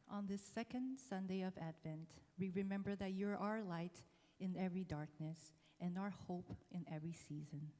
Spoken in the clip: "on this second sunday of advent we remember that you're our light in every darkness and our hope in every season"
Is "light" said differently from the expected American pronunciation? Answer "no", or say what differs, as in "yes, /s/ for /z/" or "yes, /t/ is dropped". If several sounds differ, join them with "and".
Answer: no